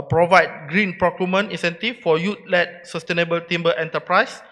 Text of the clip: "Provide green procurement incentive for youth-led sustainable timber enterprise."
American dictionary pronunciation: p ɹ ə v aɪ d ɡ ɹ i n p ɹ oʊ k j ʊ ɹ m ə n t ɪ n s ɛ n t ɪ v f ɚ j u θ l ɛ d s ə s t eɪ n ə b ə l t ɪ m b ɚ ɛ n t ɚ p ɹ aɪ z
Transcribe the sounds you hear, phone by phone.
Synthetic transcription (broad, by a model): p ɹ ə v aɪ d ɡ ɹ i n p ɹ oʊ k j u m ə n ɪ n s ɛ n t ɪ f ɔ j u t l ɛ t s ə s t eɪ n ə b ə l t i m b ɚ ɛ n t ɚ p ɹ aɪ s